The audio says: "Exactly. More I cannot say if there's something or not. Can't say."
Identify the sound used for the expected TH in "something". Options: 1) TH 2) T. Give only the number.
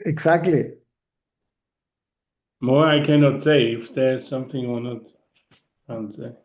1